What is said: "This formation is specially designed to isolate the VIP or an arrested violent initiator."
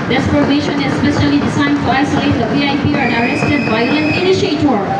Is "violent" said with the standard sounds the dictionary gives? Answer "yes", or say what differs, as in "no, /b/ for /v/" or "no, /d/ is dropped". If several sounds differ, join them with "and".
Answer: no, /b/ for /v/